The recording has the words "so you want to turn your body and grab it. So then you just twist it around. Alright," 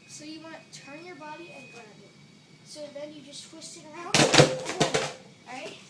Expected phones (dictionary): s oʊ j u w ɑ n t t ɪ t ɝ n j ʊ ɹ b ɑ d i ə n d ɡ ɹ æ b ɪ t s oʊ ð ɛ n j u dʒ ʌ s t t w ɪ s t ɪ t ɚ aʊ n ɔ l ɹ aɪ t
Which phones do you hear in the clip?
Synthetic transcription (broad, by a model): s oʊ j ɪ w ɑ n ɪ t ɝ n j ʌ ɹ b ɑ d i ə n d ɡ ʌ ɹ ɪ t s oʊ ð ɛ n j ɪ dʒ ʌ s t t w ɪ s t ɪ t ɚ aʊ n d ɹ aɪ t